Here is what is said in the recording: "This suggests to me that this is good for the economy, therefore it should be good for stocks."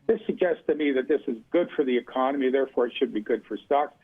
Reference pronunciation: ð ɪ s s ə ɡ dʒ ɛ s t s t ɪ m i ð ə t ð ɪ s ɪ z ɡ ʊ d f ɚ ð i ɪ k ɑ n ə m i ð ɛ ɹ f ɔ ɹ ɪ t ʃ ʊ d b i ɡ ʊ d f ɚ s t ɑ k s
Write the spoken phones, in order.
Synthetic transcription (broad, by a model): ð ɪ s s ə ɡ dʒ ɛ s t s t ɪ m i ð ə t ð ɪ s ɪ z ɡ ʊ d f ɚ ð i ɪ k ɑ n ə m i ð ɛ ɹ f ɔ ɹ ɪ t ʃ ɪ d b i ɡ ʊ d f ɚ s t ɑ k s